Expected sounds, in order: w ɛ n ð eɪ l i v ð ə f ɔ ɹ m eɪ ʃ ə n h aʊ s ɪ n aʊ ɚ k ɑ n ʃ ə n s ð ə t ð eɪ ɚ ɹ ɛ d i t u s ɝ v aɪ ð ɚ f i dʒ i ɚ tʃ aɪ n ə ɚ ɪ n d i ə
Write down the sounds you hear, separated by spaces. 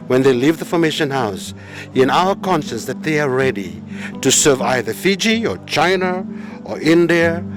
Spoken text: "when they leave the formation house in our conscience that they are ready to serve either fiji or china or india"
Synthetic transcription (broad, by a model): w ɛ n ð eɪ l i v ð ə f ɔ ɹ m eɪ ʃ ə n h aʊ s ɪ n aʊ ɚ k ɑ n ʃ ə s ð ə t ð eɪ ɚ ɹ ɛ d i t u s ɝ v aɪ ð ɚ f i dʒ i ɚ tʃ aɪ n ə ɚ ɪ n d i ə